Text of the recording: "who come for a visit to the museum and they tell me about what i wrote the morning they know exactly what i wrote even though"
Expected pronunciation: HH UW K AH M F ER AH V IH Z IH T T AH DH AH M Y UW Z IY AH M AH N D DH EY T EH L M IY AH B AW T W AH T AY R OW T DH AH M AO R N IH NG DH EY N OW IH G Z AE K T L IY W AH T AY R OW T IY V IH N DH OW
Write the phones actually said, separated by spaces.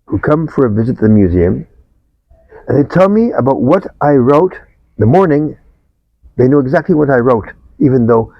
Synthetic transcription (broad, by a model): HH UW K AH M F ER AH V IH Z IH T T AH DH AH M Y UW Z IY AH M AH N DH EY T EH L M IY AH B AW T W AH T AY R OW T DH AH M AO R N IH NG DH EY N OW IH G Z AE K T L IY W AH T AY R OW T IY V IH N DH OW